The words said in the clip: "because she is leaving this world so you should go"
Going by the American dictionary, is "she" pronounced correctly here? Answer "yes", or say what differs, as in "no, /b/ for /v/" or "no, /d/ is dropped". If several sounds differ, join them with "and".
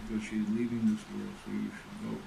yes